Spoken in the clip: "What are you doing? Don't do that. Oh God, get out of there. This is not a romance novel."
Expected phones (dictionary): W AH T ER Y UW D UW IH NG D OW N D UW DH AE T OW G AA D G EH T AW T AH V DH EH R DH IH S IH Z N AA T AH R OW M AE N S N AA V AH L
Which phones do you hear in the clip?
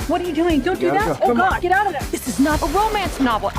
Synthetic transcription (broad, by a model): W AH T ER Y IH D UW IH NG D OW N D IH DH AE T OW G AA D G EH T AW T AH V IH DH IH S IH Z N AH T AH R OW M AE N S N AA V L